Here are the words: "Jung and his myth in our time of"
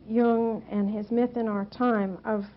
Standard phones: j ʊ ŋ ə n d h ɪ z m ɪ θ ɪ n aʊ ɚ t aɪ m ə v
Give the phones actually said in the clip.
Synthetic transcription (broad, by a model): j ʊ ŋ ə n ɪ z m ɪ θ ɪ n aʊ ɚ t aɪ m ə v